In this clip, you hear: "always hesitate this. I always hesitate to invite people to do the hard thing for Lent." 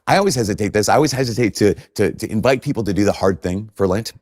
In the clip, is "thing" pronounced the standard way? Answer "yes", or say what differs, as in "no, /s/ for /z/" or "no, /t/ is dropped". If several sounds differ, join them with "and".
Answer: yes